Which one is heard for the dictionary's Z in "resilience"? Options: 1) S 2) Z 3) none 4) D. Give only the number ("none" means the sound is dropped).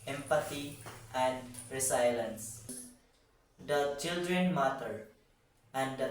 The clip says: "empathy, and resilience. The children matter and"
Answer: 1